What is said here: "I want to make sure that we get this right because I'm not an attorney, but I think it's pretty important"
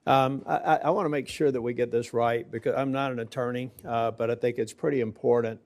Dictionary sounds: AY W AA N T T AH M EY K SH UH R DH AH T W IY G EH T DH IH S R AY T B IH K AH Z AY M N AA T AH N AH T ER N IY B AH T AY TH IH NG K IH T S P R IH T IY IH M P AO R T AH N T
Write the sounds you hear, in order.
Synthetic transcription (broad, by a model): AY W AA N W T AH M EY K SH UH R DH AH T W IY G EH T DH IH S R AY T B IH K AH Z AY M N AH T AH N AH T ER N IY B AH T AY TH IH NG K IH T S P R IH T IY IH M P AO R T N T